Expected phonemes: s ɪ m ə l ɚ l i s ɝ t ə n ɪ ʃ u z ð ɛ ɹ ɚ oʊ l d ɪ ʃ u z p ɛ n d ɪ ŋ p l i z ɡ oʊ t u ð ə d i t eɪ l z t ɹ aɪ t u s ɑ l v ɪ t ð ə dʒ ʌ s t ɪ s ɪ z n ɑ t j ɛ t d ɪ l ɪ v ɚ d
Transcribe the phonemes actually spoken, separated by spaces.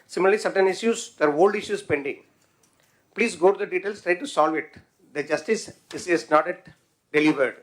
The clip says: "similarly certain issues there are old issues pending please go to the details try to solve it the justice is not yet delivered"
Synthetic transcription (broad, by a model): s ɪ m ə l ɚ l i s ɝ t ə n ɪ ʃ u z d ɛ ɹ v oʊ l d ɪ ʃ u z p ɛ n d ɪ ŋ p l i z ɡ oʊ t u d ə d i t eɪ l s t ɹ aɪ t u s ɑ l v ɪ t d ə dʒ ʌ s t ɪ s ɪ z n ɑ t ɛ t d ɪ l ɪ v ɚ d